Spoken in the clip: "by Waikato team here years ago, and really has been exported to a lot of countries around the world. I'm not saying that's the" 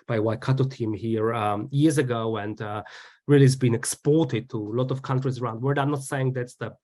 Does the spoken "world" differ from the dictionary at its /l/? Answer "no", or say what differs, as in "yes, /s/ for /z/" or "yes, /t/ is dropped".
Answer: yes, /l/ is dropped